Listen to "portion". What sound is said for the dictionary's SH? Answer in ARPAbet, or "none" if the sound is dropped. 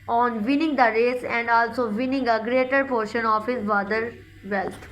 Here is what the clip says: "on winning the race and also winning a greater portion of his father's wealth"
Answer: SH